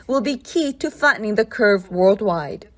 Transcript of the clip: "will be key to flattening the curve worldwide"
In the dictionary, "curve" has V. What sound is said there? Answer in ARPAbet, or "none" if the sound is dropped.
V